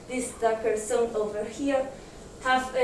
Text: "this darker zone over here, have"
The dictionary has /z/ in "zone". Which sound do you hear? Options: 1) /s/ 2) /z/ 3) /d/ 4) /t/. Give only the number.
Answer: 1